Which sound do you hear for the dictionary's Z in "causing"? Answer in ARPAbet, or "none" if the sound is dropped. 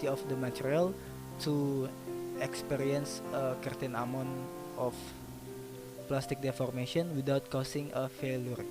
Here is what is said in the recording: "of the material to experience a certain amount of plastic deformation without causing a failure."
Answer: S